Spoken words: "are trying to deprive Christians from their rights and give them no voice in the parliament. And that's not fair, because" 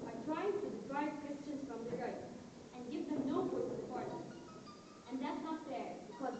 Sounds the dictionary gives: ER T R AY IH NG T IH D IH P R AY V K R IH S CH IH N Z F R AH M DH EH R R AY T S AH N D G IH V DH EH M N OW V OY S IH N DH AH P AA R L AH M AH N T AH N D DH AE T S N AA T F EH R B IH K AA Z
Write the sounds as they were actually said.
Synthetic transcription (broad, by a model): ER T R AY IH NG T IH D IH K R AY B K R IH S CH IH N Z F R AH M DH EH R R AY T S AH N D G IH V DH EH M N OW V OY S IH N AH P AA R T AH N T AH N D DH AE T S N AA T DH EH R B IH K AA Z